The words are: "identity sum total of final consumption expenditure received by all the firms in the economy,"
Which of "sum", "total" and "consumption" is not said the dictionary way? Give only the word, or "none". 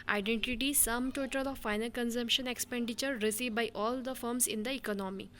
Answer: none